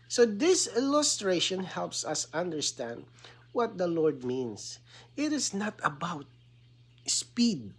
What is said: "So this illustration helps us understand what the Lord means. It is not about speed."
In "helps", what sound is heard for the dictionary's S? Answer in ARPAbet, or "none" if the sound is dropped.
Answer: S